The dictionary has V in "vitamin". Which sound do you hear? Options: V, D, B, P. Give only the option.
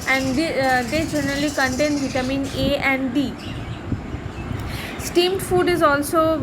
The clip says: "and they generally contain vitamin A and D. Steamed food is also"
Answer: B